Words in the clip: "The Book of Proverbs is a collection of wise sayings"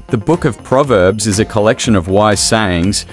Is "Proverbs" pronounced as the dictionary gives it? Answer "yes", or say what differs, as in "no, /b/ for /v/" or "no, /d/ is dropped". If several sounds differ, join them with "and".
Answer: yes